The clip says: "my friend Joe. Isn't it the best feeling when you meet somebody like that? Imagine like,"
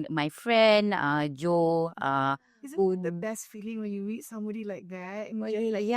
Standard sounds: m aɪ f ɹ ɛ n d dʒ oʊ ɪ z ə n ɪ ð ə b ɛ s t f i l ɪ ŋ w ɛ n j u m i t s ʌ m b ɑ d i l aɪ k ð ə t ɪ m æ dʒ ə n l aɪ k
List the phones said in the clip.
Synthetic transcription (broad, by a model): m aɪ f ɹ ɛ n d dʒ oʊ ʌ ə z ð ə b ɛ s t f i l ɪ ŋ w ɛ n j u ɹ i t s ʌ m b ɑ d i l aɪ k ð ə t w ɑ ə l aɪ